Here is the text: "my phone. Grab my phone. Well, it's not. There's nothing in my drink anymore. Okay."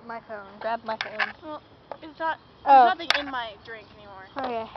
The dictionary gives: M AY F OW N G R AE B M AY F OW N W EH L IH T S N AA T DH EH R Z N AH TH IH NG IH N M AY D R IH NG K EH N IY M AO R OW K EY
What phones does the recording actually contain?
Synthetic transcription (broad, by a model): M AY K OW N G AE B M AY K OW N W EH L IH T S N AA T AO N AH T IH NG IH N M AY D R IH NG K EH N IY M AO R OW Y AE